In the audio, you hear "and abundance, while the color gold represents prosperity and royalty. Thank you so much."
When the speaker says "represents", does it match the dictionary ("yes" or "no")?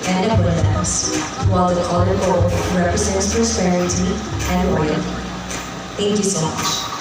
yes